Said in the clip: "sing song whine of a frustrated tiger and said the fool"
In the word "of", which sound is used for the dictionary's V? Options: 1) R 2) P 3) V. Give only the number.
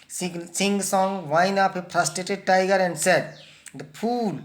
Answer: 2